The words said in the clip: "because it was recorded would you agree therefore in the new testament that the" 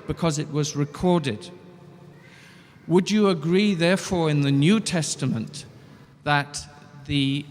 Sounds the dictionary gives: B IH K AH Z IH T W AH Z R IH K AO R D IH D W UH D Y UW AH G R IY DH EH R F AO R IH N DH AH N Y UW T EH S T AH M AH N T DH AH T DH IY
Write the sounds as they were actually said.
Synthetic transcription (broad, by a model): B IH K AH Z IH T W AH Z R IH K AO R D IH D W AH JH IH AH G R IY DH EH R F AO R IH N DH AH N Y UW T EH S T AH M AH N DH AH T DH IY